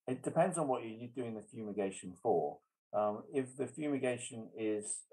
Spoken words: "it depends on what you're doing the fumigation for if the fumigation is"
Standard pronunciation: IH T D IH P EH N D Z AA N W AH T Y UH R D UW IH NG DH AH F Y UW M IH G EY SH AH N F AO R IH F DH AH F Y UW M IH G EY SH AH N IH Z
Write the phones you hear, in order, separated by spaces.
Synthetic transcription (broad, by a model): IH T D IH P EH N D Z N W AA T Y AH D UW IH NG DH AH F Y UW M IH G EY SH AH N F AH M IH F DH AH F Y UW M IH G EY SH AH N IH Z